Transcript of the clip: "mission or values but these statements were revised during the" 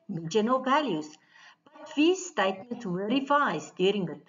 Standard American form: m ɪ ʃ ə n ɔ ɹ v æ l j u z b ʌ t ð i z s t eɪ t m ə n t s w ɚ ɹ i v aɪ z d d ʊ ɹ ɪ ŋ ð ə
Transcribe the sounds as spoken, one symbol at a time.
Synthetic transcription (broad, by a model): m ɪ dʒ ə n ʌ l v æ l j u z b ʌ t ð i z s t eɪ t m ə n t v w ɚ ɹ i f aɪ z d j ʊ ɹ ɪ ŋ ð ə